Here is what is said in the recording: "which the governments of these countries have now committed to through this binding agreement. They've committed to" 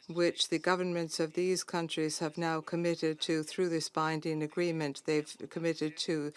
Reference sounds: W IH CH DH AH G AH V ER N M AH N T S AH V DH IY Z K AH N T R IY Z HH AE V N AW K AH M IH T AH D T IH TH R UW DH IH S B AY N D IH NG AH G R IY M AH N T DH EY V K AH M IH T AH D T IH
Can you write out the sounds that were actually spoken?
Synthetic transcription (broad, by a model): W IH CH DH AH G AH V ER N M AH N T S AH V DH IY Z K AH N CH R IY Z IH V N AW K AH M IH T AH D T IH TH R UW DH IH S B AY N D IH NG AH G R IY M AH N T DH EY V K AH M IH T AH D T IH